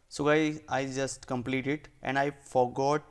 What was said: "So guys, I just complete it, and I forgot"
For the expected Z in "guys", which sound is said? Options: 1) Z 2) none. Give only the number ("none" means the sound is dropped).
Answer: 2